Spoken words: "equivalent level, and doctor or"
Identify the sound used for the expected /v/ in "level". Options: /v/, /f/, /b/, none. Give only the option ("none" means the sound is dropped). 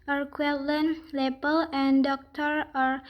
/b/